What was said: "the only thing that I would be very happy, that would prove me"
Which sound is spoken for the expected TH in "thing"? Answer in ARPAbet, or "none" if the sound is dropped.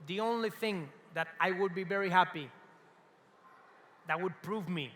TH